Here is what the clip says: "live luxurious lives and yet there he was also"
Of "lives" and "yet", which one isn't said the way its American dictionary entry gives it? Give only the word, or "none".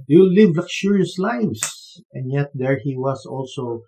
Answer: lives